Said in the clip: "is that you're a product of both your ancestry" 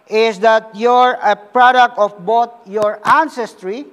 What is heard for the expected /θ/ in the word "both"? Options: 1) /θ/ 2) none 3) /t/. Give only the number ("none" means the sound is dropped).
3